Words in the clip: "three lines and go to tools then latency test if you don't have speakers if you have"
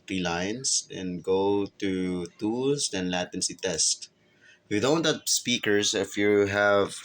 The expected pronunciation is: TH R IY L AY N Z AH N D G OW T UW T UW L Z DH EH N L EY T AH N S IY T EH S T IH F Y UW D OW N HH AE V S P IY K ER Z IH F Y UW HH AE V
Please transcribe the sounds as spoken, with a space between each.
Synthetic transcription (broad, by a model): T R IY L AY N S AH N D G OW T UW T UW L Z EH N L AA T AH N S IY T EH S T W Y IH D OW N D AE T S P IY K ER S IH F Y UW HH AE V